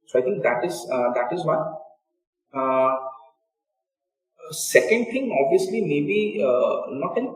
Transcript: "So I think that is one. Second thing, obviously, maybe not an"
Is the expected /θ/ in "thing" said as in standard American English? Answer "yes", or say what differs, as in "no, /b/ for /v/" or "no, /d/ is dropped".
no, /t/ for /θ/